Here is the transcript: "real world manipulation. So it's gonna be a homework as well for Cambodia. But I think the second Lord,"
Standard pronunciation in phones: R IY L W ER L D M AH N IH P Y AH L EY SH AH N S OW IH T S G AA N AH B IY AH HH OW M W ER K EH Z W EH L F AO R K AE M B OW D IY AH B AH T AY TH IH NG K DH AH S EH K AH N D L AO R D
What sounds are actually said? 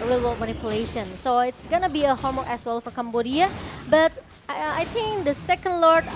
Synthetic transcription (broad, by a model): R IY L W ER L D M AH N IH P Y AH L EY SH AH N S OW IH T S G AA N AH B IY AH HH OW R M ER EH S W EH L F AO R K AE M B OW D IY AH B AH T AY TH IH NG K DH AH S EH K AH N D L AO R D